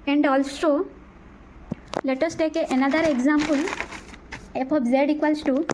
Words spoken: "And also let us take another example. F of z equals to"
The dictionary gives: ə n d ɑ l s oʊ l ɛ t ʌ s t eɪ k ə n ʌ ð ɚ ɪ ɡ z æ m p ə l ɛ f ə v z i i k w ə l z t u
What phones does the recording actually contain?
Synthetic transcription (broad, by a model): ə n d ɑ l s oʊ l ɛ t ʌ s t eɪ k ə n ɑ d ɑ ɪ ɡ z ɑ m p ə l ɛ p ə b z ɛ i k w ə l s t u